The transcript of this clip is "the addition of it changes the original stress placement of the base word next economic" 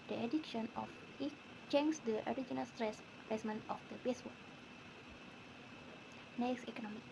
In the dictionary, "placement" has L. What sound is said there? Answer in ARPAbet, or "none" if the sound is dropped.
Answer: none